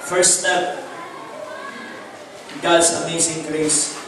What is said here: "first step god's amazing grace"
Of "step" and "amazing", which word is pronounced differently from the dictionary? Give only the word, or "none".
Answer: amazing